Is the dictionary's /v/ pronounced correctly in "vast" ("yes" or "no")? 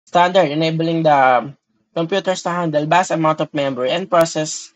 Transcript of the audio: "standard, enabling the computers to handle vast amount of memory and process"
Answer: no